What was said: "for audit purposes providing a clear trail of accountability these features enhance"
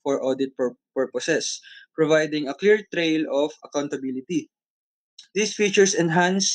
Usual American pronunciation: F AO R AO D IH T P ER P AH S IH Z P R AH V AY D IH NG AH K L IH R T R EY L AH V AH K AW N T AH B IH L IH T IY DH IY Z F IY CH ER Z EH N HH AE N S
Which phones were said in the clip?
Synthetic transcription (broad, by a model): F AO R AO D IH T P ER P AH S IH S P R AH V AY D IH NG AH K L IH R T R EY L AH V AH K AW N T AH B IH L IH T IY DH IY S F IY CH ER S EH N HH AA N S